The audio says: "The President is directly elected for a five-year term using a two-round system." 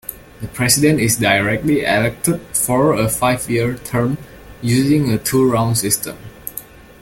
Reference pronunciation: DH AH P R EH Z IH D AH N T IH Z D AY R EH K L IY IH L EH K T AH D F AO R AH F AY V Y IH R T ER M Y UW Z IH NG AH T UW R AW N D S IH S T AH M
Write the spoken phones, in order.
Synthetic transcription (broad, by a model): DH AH P R EH S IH D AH N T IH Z D AY R EH K L IY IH L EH K T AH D F AO R AH F AY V Y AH R T ER M Y UW Z IH NG AH T UW R AW N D S IH S T AH M